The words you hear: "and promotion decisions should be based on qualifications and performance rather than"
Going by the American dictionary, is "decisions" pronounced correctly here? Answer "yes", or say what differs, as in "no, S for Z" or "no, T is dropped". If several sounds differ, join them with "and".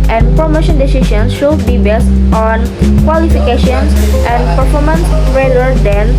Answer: no, SH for ZH